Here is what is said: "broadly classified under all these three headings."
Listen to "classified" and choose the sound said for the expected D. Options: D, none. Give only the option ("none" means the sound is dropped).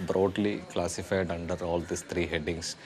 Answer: D